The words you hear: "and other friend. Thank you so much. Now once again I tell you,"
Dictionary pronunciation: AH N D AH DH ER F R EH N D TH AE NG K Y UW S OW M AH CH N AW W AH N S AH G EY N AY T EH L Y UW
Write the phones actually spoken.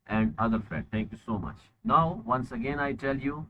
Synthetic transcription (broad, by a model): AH N D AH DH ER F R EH D T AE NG K Y UW S OW M AH CH N AW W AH N S AH G EY N AY T EH L Y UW